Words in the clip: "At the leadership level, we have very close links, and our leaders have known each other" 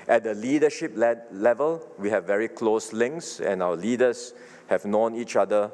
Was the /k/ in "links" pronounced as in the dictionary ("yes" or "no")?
yes